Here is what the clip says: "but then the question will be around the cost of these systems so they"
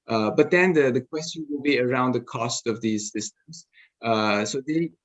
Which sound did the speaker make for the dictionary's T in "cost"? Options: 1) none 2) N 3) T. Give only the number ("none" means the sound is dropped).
3